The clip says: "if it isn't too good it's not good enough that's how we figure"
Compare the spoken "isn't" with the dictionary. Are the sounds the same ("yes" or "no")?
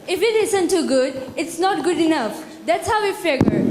no